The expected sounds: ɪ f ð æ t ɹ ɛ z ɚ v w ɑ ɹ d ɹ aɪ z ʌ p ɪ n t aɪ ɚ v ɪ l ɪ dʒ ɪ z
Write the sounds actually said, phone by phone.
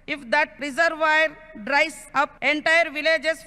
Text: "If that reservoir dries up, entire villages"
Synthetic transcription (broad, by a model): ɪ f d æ t ɹ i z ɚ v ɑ ɹ d ɹ aɪ s ʌ p ɪ n t aɪ ɚ v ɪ l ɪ dʒ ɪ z